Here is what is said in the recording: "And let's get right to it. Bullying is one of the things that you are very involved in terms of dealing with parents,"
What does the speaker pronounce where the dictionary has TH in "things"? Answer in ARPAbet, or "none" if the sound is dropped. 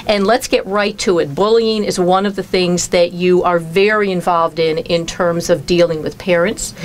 TH